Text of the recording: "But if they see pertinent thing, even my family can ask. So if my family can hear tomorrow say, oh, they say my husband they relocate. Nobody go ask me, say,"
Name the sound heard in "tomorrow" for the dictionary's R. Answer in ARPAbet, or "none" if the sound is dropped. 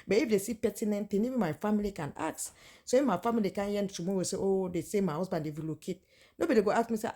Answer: W